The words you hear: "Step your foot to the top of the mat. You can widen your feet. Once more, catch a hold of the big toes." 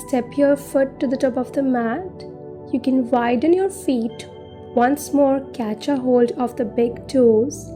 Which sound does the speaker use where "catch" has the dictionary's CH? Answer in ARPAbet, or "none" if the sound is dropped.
CH